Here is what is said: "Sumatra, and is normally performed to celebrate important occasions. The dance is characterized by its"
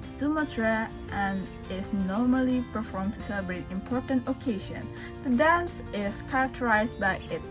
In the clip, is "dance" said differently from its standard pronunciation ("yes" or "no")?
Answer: no